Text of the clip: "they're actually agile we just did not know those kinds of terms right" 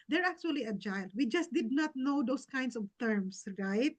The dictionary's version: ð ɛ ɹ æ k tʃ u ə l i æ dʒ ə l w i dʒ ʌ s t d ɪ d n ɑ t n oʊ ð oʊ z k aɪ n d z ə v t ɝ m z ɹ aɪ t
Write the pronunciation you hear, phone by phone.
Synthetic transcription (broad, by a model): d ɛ ɹ æ k tʃ u ə l i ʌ dʒ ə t w i dʒ ʌ s t d ɪ d n ɑ t n oʊ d oʊ s k aɪ n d s ə v t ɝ m s ɹ aɪ t